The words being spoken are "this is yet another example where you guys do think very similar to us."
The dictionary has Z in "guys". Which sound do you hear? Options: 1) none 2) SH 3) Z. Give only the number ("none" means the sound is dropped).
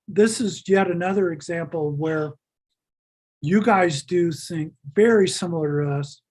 3